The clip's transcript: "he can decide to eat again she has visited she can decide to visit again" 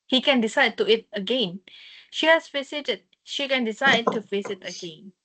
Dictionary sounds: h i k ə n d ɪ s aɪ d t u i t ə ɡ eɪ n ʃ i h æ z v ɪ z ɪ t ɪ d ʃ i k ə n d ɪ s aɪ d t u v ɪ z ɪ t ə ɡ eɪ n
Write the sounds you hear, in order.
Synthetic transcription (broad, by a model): h i k ə n d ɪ s aɪ d t u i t ə ɡ eɪ n ʃ i h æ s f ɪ s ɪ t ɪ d ʃ i k ə n d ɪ s aɪ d t u f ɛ s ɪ t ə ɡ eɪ n